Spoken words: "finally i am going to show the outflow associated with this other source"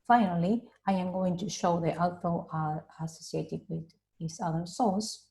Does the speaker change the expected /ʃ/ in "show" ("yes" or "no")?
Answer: no